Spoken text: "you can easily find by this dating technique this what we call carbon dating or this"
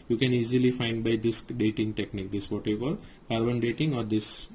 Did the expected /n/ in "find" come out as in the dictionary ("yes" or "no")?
yes